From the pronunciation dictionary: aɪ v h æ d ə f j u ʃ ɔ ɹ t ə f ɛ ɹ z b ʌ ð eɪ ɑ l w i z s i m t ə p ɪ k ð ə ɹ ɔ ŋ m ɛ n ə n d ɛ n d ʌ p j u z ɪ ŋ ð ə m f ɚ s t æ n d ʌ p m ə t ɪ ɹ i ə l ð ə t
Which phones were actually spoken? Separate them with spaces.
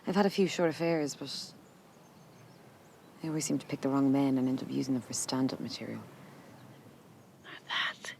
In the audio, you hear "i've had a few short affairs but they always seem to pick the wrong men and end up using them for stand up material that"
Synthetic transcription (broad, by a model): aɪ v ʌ d ə f j u ʃ ɔ ɹ t ə f ɛ ɹ z b ʌ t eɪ ɑ l w i z s i m t ə p ɪ k ð ə ɹ ɔ ŋ m ɛ n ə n ɛ n d ʌ p j u z ɪ ŋ ð ə m f ɚ s t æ n d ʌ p m ə t ɪ ɹ i ə l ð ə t